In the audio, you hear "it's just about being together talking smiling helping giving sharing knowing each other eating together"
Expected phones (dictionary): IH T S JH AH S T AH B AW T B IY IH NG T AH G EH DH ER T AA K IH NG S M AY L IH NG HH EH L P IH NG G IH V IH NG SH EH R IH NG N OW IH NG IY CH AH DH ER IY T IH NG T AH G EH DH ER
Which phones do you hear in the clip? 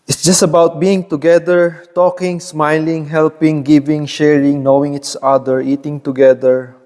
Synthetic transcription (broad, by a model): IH T S JH AH S T AH B AW T B IY IH NG T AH G EH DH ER T AA K IH NG S M AY L IH NG HH EH L P IH NG G IH V IH NG SH EH R IH NG N OW IH NG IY S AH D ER IY T IH NG T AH G EH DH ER